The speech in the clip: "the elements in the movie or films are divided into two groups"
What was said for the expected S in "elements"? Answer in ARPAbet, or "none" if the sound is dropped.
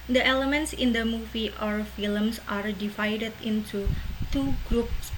S